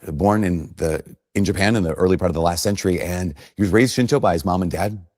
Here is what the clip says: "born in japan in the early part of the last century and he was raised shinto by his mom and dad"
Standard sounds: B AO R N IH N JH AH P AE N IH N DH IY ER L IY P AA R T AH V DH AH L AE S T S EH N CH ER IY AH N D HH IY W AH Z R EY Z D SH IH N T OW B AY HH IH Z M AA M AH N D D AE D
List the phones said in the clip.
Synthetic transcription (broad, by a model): B AO R N IH N JH AH P AE N IH N DH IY ER L IY P AA R T AH V DH AH L AE S T S EH N CH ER IY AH N HH IY W AH Z R EY Z D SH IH N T OW B AY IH Z M AA M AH N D D AE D